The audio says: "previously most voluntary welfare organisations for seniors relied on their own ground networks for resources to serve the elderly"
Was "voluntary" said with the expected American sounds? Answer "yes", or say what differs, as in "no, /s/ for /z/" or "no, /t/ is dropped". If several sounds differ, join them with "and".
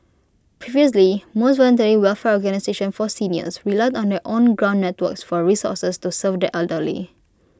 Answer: yes